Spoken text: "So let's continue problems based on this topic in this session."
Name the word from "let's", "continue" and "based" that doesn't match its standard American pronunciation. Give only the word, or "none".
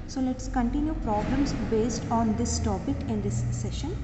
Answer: none